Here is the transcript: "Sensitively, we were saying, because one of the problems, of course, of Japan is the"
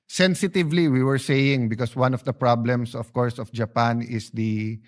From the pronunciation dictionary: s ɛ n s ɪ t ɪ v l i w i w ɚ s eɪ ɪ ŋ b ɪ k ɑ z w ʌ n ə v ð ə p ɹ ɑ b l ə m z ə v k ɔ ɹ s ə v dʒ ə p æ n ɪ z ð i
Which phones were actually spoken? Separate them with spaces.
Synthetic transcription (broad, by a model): s ɛ n s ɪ t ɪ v l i w i w ɚ s eɪ ɪ ŋ b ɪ k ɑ s w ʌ n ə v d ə p ɹ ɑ b l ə m s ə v k ɔ ɹ s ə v dʒ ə p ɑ n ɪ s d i